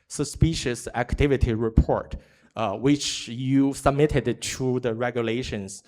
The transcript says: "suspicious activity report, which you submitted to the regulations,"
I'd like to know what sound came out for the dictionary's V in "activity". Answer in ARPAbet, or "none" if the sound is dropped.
V